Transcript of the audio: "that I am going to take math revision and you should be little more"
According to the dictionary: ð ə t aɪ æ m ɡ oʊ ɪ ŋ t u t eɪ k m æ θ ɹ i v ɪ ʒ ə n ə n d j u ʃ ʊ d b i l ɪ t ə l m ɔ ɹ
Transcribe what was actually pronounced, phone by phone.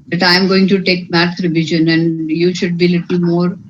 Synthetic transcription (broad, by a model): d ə t aɪ m ɡ oʊ ɪ ŋ t u t eɪ k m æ t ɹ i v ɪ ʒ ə n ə n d j u ʃ ʊ d b i l ɪ t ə l m ɔ ɹ